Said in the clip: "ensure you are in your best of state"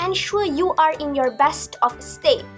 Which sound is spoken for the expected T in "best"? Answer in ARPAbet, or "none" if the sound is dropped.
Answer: T